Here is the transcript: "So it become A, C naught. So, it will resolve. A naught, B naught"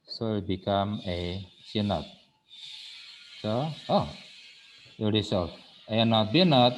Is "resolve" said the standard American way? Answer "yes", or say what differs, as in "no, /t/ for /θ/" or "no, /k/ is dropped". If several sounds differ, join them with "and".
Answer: no, /s/ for /z/ and /v/ is dropped